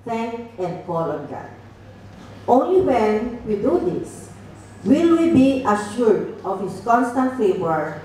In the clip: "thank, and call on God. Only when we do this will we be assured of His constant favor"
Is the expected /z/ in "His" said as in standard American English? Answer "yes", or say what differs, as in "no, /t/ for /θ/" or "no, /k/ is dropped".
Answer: no, /s/ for /z/